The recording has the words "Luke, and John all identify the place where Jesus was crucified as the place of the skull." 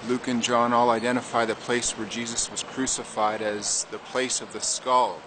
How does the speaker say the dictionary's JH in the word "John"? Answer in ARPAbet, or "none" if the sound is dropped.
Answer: JH